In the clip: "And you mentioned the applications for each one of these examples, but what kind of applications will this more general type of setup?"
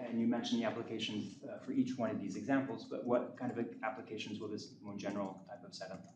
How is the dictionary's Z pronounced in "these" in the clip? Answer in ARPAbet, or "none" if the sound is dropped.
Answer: Z